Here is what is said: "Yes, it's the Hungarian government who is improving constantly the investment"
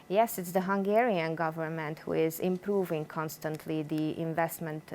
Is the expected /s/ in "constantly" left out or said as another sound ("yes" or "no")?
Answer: no